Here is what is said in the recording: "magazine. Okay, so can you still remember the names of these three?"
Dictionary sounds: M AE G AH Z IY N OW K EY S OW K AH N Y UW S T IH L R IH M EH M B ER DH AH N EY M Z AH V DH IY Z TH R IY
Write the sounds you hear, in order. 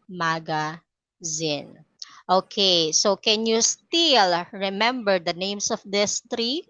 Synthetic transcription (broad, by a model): M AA G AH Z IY N OW K EY S OW K AH N Y UW S T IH L R IH M EH M B ER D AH N EY M S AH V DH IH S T R IY